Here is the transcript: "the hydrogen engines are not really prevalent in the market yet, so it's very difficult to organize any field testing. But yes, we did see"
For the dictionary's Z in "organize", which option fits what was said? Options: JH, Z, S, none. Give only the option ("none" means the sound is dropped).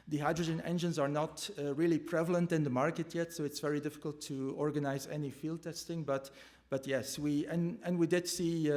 Z